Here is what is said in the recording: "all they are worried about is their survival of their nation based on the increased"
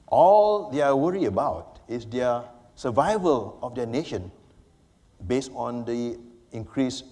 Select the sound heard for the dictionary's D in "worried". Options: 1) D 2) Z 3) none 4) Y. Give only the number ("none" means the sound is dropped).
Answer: 3